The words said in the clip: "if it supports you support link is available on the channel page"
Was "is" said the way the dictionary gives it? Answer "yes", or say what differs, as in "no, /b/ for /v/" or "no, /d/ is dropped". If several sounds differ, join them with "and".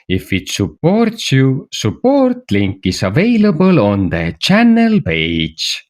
no, /s/ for /z/